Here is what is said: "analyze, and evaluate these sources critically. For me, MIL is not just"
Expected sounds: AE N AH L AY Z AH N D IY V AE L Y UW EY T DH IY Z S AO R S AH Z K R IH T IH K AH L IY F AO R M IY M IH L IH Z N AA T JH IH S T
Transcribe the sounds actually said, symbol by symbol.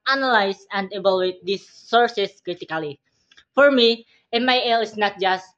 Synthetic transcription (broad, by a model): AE N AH L AY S AH N D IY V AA L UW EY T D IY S AO R S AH S K R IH T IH K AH L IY F AO R M IY M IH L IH S N AA T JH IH S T